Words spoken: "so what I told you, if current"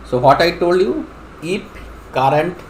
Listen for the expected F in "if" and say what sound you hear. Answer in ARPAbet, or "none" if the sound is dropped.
P